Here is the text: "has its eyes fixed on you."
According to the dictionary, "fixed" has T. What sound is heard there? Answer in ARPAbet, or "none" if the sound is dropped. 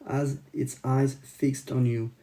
T